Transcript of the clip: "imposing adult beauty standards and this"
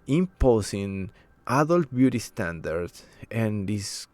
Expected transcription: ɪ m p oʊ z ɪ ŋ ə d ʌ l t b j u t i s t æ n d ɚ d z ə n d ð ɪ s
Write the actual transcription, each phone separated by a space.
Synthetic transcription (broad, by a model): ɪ m p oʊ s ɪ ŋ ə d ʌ l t b j u t i s t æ n d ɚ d s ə n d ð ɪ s